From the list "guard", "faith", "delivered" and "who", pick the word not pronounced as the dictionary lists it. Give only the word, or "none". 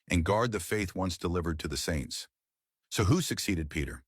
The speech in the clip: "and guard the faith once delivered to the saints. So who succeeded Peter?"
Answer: none